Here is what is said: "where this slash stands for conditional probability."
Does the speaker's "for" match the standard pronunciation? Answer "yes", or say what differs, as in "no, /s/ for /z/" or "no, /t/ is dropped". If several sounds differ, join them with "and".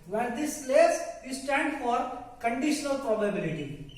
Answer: yes